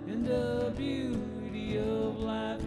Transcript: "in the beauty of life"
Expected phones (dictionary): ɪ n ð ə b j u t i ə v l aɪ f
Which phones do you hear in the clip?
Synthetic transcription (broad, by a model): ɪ n ð ə b j u t i ə v l aɪ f